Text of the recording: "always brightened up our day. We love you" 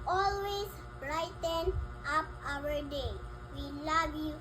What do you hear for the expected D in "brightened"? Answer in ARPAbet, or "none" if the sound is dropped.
none